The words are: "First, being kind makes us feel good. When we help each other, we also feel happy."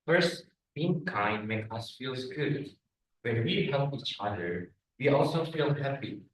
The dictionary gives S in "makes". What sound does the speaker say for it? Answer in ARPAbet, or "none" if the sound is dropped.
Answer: none